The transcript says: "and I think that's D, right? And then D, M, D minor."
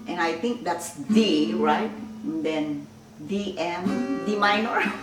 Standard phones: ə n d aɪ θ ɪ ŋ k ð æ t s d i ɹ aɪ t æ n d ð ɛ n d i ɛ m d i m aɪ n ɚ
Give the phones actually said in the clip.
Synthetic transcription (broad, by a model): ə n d aɪ t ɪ ŋ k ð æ t s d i ɹ aɪ t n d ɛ n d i ɛ m d i m aɪ n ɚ